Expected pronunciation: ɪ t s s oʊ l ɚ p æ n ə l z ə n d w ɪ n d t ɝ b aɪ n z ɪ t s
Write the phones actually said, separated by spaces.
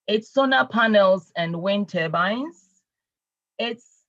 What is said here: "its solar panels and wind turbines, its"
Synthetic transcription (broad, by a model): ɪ t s s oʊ n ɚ p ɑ n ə l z ə n d w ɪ n t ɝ b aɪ n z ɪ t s